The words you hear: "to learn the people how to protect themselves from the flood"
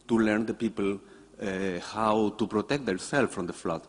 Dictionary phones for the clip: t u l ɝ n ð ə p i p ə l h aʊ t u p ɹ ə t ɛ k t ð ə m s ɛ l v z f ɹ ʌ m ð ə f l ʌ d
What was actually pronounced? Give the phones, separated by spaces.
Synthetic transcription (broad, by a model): t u l ɝ n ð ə p i p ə l h aʊ t u p ɹ ə t ɛ k t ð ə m s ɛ l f ɹ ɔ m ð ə f l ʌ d